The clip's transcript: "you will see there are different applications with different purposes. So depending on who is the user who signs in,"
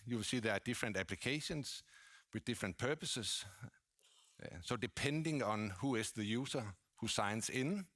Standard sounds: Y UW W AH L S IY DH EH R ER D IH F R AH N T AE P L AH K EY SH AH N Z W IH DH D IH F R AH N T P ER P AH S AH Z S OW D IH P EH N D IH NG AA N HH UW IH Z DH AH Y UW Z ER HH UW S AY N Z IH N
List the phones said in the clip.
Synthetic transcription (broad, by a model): Y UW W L S IY DH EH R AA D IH F R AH N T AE P L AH K EY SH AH N S W IH DH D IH F R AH N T P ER P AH S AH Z S OW D IH P EH N D IH NG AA N HH UW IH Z DH AH Y UW S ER HH UW S AY N S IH N